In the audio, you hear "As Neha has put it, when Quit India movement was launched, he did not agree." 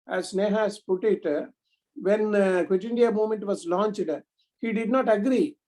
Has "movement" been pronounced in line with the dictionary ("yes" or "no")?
no